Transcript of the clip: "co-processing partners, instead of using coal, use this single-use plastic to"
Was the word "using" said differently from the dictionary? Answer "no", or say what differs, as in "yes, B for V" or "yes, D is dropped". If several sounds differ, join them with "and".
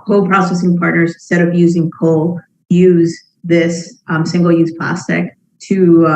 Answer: no